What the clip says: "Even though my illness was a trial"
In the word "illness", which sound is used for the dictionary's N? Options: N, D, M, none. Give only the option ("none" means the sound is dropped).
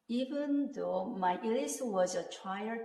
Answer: none